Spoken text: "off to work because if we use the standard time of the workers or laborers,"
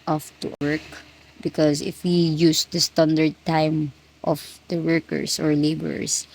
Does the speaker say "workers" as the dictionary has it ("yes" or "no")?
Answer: no